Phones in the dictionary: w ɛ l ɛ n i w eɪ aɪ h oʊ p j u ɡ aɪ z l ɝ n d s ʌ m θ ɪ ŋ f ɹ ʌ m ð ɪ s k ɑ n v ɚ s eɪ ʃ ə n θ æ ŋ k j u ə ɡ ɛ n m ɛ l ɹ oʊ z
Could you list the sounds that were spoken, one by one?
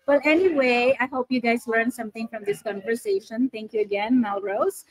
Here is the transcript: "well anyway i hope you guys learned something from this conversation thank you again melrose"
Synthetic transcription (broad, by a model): w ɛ l ɛ n i w eɪ aɪ h oʊ p j u ɡ aɪ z l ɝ n s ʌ m t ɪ ŋ f ɹ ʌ m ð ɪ s k ɑ n v ɚ s eɪ ʃ ə n t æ ŋ k j u ə ɡ ɛ n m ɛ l ɹ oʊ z